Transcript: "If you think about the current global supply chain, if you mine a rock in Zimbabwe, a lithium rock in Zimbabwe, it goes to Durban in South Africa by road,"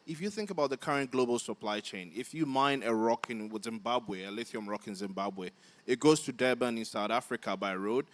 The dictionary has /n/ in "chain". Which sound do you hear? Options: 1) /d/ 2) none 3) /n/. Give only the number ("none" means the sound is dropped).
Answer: 3